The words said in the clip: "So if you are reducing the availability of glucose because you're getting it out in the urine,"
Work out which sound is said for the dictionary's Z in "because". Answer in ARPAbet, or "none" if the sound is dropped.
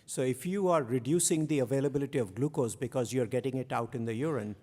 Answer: Z